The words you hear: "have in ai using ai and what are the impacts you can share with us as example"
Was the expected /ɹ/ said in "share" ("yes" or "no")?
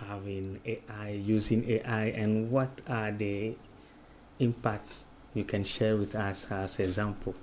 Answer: yes